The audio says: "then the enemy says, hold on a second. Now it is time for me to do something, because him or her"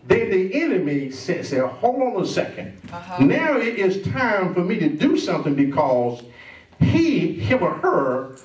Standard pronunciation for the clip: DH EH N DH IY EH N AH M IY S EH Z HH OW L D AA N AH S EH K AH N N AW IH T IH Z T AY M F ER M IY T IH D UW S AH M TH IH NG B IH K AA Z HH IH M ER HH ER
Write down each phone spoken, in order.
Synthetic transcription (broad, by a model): DH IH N DH IY EH N AH M IY S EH S HH OW L D N AH S EH K AH N N AW IH T IH Z T AY M F ER M IY T IH D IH S AH M TH IH NG B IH K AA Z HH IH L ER HH ER